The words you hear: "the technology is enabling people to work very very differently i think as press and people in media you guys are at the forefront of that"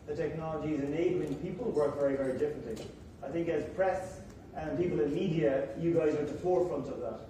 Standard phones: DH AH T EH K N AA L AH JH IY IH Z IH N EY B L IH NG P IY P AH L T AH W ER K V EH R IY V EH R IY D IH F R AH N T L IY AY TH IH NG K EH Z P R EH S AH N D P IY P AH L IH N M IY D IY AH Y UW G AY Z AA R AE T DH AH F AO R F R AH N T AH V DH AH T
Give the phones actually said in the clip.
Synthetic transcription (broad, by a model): DH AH T EH K N AA L AH JH IY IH Z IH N EY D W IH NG P IY P AH L W ER K V EH R IY V EH R IY D IH F R AH N T L IY AY TH IH NG K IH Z P R EH S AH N P IY P AH L IH N M IY D IY AH Y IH G AY Z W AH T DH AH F AO R F R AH N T AH V DH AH T